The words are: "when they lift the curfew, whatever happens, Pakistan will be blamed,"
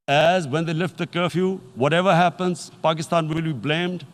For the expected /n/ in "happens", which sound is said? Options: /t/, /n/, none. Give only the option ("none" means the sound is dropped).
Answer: /n/